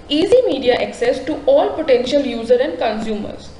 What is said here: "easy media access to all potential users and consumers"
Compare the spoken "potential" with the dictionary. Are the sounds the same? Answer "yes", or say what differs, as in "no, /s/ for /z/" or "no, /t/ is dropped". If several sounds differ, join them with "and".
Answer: yes